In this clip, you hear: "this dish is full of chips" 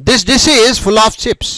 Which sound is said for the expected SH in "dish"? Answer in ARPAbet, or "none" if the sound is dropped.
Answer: S